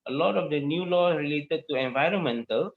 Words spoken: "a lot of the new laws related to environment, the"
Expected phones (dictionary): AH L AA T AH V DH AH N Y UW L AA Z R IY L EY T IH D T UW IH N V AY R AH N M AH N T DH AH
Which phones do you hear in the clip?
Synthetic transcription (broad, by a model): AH L AA T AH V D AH N Y UW L AA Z R IY L EY T IH D T UW IH N V AY R AH N M AH N T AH